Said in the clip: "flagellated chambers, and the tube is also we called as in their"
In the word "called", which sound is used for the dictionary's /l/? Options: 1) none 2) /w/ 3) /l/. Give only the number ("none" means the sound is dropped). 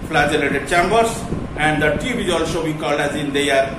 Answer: 3